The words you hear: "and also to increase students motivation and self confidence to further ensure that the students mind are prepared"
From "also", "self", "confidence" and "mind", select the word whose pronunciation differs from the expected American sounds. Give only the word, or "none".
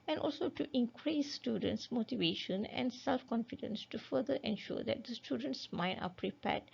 mind